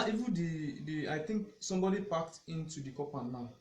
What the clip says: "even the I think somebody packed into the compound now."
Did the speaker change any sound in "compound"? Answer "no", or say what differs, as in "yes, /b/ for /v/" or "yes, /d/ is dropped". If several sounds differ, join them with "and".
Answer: yes, /m/ is dropped